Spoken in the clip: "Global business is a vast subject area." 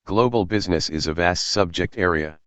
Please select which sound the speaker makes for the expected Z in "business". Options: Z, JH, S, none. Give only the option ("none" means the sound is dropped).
Z